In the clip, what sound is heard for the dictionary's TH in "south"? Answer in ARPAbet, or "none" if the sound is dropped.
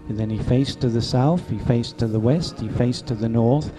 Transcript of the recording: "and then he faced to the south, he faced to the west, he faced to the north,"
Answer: TH